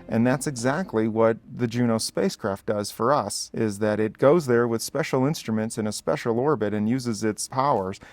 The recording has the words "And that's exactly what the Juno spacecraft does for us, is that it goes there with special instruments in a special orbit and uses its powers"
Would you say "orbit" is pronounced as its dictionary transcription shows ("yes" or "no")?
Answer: yes